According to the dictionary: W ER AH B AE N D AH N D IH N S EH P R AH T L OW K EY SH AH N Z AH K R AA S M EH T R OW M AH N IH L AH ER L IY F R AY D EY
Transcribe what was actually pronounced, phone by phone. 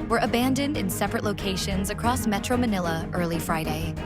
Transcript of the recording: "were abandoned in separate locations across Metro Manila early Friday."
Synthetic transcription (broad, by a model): W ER AH B AE N D AH N D IH N S EH P R AH T L OW K EY SH AH N Z AH K R AA S M EH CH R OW M AH N IH L AH ER L IY F R AY D EY